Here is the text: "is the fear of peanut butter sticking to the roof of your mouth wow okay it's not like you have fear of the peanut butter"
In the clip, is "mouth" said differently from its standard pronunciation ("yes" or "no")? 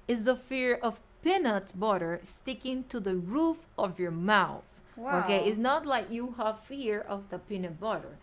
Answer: no